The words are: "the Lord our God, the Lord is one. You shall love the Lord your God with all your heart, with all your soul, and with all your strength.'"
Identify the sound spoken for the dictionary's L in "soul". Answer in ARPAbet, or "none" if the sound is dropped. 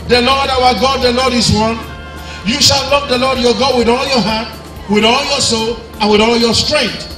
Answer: L